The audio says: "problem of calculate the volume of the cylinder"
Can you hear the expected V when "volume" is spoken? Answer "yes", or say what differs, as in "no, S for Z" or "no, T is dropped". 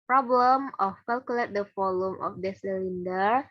no, F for V